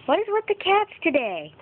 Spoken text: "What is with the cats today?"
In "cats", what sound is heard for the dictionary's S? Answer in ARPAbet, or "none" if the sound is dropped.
S